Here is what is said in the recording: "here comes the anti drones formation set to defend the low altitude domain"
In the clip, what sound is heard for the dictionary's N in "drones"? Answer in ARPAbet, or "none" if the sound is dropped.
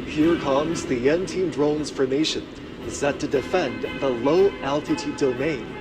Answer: N